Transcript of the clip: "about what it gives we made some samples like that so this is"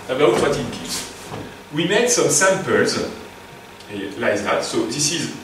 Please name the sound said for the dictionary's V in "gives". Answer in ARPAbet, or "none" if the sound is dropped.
none